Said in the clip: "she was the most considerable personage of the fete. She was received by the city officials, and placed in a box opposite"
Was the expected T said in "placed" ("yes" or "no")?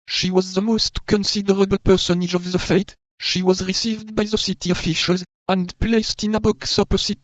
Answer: yes